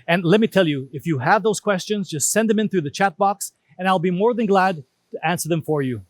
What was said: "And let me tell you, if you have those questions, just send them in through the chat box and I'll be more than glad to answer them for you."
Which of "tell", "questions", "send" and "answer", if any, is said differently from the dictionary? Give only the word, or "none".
none